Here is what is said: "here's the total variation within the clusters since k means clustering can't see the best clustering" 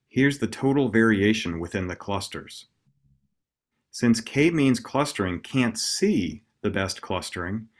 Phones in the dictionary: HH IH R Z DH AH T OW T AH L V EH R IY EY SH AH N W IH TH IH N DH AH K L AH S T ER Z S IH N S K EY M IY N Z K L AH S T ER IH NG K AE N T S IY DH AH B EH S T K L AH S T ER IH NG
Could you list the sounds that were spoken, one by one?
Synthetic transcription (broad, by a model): HH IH R Z DH AH T OW T L V EH R IY EY SH AH N W IH TH IH N DH AH K L AH S T ER Z S IH N S K EY M IY N Z K L AH S T ER IH NG K AE N T S IY DH AH B EH S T K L AH S T ER IH NG